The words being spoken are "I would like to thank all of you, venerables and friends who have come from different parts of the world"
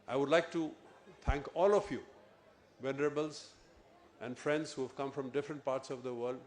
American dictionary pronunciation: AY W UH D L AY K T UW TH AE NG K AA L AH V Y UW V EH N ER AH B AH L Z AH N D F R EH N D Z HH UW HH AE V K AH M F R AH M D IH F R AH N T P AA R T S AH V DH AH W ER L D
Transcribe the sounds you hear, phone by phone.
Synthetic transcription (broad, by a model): AY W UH D L AY K T UW T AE NG K AA L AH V Y UW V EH N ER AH B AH L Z AH N D F R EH N D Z HH UW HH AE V K AH M F R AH M D IH F R AH N T P AA R T S AH V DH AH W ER L D